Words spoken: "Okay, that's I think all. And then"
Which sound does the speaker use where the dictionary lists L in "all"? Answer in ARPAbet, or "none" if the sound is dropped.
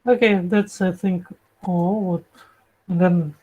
W